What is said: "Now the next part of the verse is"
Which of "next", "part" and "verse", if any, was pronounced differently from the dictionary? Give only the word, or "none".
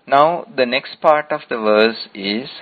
none